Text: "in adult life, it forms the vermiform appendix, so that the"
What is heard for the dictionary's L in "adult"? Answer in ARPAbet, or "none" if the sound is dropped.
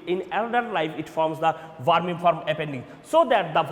none